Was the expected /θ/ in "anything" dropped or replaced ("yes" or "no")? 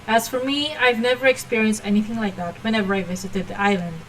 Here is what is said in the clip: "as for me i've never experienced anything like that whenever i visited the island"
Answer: no